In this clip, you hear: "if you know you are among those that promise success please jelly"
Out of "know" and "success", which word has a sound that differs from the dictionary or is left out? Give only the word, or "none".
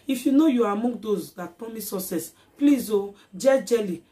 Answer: success